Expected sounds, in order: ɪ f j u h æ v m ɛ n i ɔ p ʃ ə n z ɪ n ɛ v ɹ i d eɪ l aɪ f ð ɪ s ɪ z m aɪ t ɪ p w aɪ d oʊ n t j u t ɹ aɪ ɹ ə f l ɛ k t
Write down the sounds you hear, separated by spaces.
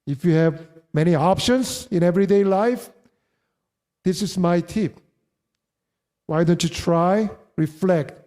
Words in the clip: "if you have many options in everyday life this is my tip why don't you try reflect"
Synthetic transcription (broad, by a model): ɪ f j u h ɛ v m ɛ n i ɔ p ʃ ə n s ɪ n ɛ v ɹ i d eɪ l aɪ f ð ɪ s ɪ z m aɪ t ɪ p w aɪ d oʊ n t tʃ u t ɹ aɪ ɹ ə f l ɛ k t